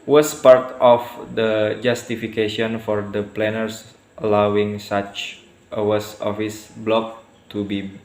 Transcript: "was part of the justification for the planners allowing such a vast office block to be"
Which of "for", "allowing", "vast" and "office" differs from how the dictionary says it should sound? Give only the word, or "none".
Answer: vast